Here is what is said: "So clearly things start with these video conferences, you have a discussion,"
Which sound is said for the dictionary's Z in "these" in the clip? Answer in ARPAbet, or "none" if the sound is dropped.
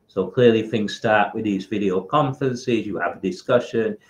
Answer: Z